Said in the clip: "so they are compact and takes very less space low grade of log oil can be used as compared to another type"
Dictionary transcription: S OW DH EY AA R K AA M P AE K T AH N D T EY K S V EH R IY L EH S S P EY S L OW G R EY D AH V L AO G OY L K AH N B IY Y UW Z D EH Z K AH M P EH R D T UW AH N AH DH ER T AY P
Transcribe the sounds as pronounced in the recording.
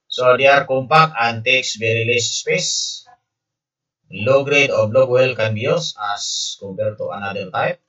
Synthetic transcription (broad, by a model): S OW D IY AA R K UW M P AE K AH N T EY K S B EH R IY L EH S S P EY S L OW G R EY D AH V L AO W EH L K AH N B IY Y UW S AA S K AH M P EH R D T UW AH N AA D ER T AY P